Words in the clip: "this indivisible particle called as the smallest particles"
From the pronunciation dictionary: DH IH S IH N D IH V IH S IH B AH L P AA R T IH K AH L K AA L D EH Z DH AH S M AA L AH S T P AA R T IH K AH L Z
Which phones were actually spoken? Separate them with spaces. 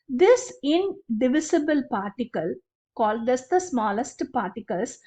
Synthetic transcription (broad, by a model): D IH S IH N D IH V IH S IH B AH L P AA R T IH K AH L K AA L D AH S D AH S M AA L AH S T P AA R T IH K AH L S